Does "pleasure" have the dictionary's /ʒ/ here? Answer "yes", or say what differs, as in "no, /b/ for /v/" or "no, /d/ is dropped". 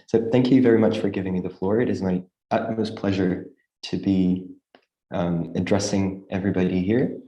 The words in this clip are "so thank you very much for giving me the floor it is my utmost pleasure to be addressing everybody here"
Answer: yes